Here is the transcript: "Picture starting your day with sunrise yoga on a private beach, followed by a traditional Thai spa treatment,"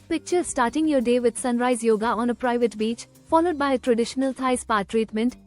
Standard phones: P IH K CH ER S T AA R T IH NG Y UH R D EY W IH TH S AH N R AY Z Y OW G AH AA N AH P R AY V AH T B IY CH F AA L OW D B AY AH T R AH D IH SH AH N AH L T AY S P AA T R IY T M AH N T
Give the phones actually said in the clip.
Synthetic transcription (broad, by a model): P IH K CH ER S T AA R T IH NG Y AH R D EY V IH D S AH N R AY Z Y OW G AH AA N AH P R AY V AH T B IY CH F AA L OW D B AY AH T R AH D IH SH AH N AH L T AY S P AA T R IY T M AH N T